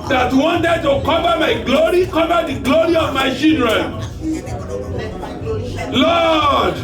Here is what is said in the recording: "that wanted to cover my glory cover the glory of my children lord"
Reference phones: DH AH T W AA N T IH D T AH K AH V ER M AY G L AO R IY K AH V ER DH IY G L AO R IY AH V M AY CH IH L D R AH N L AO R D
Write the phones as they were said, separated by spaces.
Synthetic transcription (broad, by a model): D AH T W AA N T IH D T AH K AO V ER M AY G L AO R IY K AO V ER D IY G L AO R IY AH V M AY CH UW D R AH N L AO D